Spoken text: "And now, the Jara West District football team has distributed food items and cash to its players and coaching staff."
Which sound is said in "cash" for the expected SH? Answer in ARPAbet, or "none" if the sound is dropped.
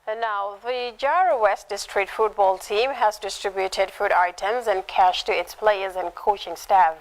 SH